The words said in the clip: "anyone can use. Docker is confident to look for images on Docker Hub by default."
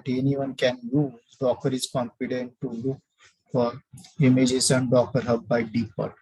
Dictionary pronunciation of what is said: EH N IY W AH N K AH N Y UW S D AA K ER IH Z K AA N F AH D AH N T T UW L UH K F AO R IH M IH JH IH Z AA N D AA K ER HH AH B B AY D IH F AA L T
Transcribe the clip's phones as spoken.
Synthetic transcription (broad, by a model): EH N IY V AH N K AH N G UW D AA K ER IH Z K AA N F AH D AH N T T UW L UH K F AO R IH M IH JH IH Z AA N D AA K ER HH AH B B AY D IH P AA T